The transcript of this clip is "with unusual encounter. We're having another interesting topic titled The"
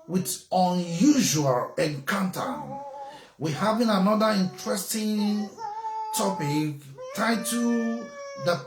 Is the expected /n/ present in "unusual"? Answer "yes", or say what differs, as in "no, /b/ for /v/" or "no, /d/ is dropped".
yes